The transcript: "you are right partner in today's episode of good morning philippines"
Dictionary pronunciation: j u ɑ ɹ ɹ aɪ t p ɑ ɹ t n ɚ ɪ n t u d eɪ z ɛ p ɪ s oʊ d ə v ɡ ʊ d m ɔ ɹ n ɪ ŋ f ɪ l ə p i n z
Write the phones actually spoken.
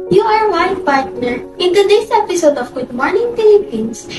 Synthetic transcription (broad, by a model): j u ɑ ɹ w aɪ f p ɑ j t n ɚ ɪ n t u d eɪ s ɛ p ɪ s oʊ d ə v ɡ ʊ d m ɔ ɹ n ɪ ŋ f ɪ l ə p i n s